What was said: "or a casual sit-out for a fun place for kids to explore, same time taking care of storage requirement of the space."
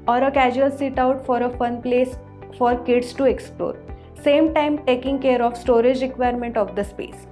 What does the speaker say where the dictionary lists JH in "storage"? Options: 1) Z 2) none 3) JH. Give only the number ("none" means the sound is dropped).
3